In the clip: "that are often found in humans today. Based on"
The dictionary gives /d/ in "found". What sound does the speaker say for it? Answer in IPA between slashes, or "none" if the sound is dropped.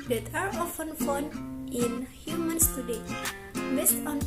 none